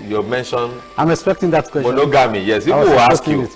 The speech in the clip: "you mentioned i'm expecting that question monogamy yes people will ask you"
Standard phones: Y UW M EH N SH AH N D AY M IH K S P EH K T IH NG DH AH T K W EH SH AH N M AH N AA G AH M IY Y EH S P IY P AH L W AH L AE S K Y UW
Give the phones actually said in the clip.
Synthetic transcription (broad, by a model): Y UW M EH N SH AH N AY M IH K S P EH K T IH NG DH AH T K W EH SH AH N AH G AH M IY Y EH S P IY AH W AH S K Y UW